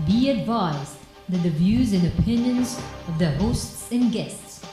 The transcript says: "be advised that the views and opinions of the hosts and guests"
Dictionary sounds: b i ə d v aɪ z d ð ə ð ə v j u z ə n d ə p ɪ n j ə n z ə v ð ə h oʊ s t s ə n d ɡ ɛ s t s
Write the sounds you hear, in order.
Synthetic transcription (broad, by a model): b i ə d v aɪ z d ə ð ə v j u z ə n ə p ɪ n j ə n z ə v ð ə h oʊ s t s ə n ɡ ɛ s t s